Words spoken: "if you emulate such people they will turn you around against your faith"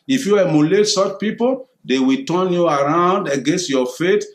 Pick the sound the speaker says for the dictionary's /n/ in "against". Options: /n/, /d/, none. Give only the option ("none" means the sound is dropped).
/n/